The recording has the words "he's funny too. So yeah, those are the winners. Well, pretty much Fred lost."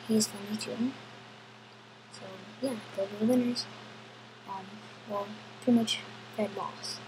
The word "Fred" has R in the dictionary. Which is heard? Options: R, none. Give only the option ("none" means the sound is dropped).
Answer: none